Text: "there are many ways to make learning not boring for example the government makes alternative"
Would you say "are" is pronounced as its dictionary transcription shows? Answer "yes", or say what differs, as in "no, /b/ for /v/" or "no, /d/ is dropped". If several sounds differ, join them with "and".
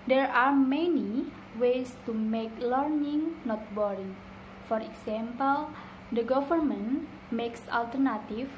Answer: yes